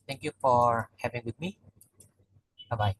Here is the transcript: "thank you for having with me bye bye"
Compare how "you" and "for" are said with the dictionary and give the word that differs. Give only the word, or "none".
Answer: none